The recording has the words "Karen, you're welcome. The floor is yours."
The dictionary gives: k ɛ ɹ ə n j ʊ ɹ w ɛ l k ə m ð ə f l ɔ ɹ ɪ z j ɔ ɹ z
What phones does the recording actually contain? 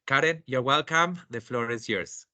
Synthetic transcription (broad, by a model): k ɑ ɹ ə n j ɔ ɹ w ɛ l k ə m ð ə f l ɔ ɹ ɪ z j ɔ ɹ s